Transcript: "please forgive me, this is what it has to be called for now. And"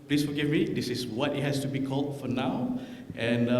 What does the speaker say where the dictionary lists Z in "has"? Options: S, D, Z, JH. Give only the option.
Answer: S